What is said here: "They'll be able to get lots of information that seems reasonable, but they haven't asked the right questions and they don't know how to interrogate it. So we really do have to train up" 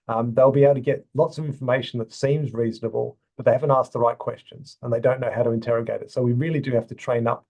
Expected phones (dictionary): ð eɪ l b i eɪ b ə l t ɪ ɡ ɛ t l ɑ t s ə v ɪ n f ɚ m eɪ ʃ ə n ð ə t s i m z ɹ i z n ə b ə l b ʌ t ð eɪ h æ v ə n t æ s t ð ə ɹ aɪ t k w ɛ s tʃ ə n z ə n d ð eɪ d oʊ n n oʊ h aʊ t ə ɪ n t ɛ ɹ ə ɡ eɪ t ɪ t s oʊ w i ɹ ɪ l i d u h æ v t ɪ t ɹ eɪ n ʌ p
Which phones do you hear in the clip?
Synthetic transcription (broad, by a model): ð eɪ l b i eɪ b l t ɪ ɡ ɛ t l ɑ t s ə v ɪ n f ɚ m eɪ ʃ n ð ə t s i m z ɹ i z n ə b ə l b ʌ t ð eɪ h æ v ə n t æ s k ð ə ɹ aɪ t k w ɛ s tʃ ə n z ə n ð eɪ d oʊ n n oʊ h aʊ t ə ɪ n t ɛ ɹ ə ɡ eɪ t ɪ t s oʊ w i ɹ ɪ l i d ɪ h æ f t ɪ t ɹ eɪ n ʌ p